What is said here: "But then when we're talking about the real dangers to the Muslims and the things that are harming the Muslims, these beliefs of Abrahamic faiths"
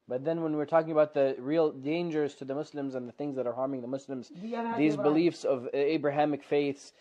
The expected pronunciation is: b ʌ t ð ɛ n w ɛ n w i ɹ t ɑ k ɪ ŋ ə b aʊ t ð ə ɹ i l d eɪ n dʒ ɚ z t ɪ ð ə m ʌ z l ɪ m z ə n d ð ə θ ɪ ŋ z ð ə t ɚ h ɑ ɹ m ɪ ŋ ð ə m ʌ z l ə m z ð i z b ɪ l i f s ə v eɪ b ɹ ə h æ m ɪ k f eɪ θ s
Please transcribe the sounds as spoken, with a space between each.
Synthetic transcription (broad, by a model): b ʌ t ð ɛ n w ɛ n w i ɹ t ɑ k ɪ ŋ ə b aʊ t ð ə ɹ i l d eɪ n dʒ ɚ z t ɪ ð ə m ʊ s l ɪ m z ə n ð ə θ ɪ ŋ z ð ə t ɚ h ɑ ɹ m ɪ ŋ ð ə m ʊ s l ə m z ð i z b ɪ l i f s ə v eɪ b ɹ ə h æ m ɪ k f eɪ θ s